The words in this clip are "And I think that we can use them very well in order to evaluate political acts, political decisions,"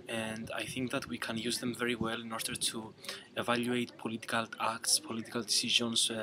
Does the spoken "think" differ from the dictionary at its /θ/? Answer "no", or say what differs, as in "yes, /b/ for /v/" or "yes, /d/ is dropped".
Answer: no